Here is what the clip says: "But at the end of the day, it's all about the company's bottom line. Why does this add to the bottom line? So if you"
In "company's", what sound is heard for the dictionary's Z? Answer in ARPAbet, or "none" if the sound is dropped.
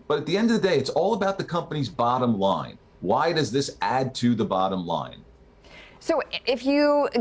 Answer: Z